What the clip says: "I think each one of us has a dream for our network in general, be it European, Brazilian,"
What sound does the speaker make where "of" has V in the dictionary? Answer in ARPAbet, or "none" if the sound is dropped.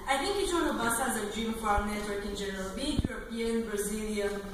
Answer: B